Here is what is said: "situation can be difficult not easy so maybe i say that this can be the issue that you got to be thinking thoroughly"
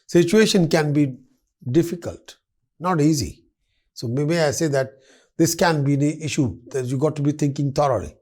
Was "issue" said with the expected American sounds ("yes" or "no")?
yes